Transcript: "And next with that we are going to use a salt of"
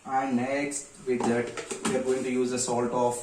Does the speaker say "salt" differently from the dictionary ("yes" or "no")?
no